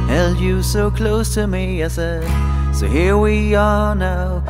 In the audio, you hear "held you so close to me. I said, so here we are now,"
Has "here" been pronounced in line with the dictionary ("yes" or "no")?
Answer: yes